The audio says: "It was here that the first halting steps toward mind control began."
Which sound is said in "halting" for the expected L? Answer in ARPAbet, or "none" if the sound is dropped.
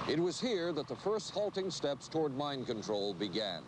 L